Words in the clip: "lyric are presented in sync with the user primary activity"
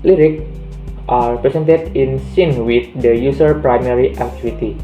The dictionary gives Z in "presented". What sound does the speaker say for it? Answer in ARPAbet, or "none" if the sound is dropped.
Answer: S